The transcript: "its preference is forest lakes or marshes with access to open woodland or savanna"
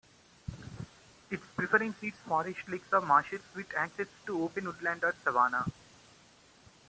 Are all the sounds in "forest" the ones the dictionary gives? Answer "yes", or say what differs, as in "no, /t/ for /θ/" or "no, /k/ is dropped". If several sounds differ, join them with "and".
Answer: no, /ʃ/ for /s/